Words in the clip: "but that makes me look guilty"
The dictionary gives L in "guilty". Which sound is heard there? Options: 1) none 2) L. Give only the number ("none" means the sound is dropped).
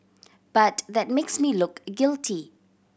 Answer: 2